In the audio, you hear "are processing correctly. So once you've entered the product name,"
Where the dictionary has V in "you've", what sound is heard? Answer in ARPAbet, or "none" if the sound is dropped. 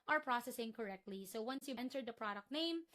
none